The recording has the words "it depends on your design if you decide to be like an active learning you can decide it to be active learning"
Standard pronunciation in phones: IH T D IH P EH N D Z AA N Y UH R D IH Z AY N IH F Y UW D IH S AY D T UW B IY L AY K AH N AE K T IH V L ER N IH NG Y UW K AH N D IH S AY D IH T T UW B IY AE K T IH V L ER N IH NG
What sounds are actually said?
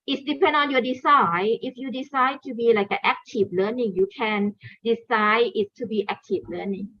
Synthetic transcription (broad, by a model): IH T D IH P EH N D AA N Y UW D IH S AY IH F Y UW D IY S AY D T UW B IY L AY K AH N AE K T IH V L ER N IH NG Y UW K AH N D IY S AY IH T T UW B IY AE K T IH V L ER N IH NG